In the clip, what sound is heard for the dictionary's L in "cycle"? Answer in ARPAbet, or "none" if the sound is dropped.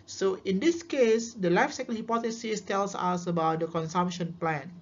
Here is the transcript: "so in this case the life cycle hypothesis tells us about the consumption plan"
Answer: N